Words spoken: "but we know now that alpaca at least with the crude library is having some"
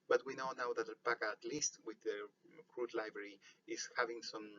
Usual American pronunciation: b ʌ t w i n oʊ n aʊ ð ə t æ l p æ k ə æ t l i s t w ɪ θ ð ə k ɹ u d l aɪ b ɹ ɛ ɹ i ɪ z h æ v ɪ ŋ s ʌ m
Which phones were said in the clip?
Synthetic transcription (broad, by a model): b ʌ t w i n oʊ n aʊ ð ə t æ p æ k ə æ t l i s t w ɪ ð ə k ɹ u d l aɪ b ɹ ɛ ɹ i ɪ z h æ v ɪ ŋ s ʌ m